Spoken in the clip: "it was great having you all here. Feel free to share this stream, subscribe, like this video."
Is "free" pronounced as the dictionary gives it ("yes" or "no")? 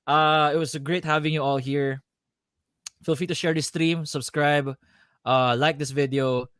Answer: no